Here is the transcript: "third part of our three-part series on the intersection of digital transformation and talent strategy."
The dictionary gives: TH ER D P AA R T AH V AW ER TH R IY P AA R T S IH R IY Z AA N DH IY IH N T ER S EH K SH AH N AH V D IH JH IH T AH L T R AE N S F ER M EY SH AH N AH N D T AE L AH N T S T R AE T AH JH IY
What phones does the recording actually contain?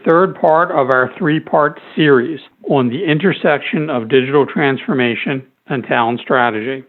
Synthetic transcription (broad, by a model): TH ER D P AA R T AH V AW ER TH R IY P AA R T S IH R IY Z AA N DH IY IH N T ER S EH K SH AH N AH V D IH JH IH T L T R AE N S F ER M EY SH AH N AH N T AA AH N S T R AE T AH JH IY